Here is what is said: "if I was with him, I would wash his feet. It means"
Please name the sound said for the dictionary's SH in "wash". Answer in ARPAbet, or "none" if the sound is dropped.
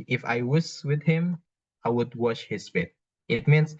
SH